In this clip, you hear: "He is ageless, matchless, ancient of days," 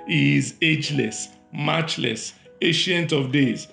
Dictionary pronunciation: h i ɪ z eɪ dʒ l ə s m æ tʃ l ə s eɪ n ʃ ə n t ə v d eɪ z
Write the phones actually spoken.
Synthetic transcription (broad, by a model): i z eɪ dʒ l ə s m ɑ tʃ l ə s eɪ ʃ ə n t ə v d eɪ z